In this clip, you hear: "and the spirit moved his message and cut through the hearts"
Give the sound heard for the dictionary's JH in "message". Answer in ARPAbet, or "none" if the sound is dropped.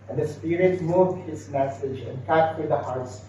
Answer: JH